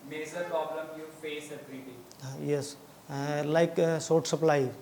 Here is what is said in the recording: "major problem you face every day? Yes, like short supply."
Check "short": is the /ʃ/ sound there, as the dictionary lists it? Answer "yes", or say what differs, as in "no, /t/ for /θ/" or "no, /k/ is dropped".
no, /s/ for /ʃ/